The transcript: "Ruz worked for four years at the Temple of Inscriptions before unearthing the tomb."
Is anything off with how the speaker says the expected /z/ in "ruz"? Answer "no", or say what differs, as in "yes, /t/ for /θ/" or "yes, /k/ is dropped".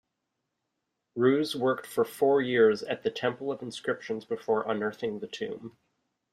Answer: no